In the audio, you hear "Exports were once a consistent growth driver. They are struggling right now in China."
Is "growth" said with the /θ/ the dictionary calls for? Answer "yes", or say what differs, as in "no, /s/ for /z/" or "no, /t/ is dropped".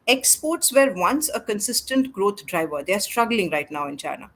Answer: no, /t/ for /θ/